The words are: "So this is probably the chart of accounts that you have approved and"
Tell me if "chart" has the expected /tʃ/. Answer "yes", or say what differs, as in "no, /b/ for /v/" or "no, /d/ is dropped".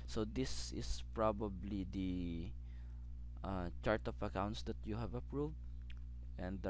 yes